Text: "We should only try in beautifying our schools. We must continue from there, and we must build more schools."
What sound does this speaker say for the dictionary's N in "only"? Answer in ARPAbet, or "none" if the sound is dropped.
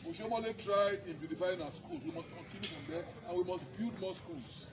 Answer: none